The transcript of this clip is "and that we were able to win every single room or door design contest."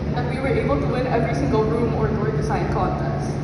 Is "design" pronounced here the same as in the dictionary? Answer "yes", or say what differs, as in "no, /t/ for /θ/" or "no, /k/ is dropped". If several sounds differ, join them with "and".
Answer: no, /s/ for /z/